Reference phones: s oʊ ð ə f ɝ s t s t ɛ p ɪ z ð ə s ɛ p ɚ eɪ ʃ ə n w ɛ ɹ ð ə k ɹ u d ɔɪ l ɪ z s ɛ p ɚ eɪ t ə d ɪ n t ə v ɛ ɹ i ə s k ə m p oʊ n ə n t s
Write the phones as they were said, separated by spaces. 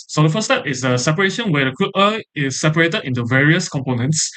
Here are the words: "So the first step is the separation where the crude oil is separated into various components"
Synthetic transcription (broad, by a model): s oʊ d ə f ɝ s s t ɛ p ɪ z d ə s ɛ p ɚ eɪ ʃ ə n w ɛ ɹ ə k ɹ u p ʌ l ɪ s ɛ p ɚ eɪ t ə d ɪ n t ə v ɛ ɹ i ə s k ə m p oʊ n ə n t s